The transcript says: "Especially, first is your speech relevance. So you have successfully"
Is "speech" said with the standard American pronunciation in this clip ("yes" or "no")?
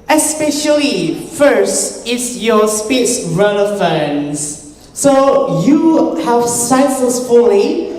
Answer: no